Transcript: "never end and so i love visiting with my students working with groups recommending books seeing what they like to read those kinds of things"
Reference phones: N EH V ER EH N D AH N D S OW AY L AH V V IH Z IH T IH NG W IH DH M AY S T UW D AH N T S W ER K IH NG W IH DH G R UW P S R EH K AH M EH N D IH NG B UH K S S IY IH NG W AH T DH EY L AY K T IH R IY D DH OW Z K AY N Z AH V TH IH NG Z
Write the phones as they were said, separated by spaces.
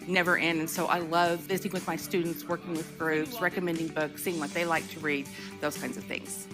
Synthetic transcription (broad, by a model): N EH V ER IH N AH N S OW AY L AH V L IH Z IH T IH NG W IH DH M AY S T UW D N T S W ER K IH NG W IH DH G R UW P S R EH K AH M EH N D IH NG B UH K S S IY IH NG W AH T DH EY L AY K T IH R IY D DH OW Z K AY N Z AH V TH IH NG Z